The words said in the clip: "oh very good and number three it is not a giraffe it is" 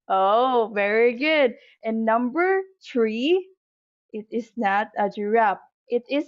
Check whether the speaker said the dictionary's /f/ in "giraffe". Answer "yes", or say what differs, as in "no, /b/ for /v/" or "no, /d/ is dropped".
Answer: no, /p/ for /f/